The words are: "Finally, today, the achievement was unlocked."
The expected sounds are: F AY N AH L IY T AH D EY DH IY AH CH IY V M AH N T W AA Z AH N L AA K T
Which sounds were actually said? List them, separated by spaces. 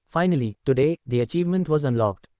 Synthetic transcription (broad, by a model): F AY N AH L IY T AH D EY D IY AH CH IY V M AH N T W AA Z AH N L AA K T